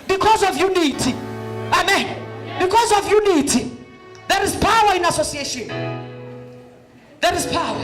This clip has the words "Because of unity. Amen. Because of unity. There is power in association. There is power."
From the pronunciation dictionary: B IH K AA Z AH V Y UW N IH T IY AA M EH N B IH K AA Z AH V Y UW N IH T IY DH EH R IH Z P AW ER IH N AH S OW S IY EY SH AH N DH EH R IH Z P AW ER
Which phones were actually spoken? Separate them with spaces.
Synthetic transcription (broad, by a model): B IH K AA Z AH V Y UW N IH T IY AA M EH N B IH K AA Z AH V Y UW N IH T IY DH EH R IH Z P AW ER IH N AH S OW S IY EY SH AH N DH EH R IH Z P AW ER